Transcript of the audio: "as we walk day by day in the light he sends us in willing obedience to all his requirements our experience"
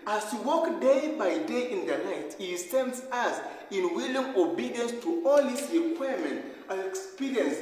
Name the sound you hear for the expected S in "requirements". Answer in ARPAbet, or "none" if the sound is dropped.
none